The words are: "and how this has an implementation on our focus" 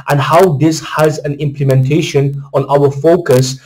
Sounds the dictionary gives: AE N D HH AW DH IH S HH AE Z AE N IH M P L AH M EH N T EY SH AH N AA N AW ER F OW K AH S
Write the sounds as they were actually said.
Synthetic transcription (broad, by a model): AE N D HH AW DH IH S HH AE Z AE N IH M P L AH M EH N T EY SH AH N AA N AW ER F OW K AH S